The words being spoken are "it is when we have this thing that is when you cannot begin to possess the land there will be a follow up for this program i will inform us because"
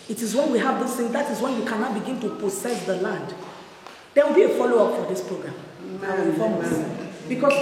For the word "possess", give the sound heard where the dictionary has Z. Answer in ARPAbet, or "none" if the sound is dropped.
S